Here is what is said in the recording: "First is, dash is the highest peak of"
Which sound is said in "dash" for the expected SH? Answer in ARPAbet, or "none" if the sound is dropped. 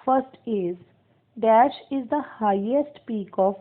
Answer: SH